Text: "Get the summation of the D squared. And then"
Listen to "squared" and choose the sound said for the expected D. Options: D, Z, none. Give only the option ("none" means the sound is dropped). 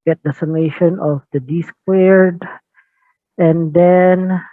D